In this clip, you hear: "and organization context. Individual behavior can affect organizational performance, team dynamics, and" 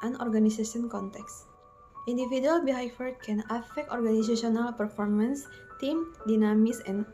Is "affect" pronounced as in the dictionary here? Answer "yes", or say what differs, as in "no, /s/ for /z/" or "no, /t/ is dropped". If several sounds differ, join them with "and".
yes